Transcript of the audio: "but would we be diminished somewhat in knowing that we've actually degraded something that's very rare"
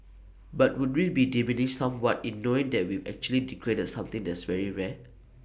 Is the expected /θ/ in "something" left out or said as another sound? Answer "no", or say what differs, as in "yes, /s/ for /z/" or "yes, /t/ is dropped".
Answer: yes, /t/ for /θ/